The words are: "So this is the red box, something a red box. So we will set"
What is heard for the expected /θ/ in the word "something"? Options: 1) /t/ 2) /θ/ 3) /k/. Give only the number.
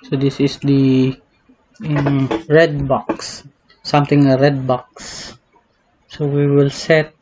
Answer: 1